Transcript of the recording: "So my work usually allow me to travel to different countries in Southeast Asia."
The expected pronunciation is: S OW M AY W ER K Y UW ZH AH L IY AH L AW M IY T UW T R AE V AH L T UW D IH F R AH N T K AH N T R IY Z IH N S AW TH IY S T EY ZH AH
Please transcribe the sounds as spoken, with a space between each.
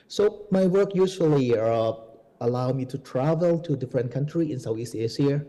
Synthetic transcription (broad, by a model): S OW M AY W ER K Y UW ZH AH L IY AH L AW M IY T UW T R AE V AH L T UW D IH F R AH N T K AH N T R IY IH N S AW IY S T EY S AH